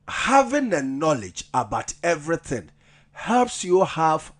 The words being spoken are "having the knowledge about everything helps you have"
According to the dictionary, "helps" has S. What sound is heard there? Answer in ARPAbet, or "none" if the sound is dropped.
S